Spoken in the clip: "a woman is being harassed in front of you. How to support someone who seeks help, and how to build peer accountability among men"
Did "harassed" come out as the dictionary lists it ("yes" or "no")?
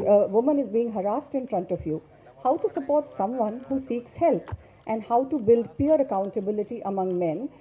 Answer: yes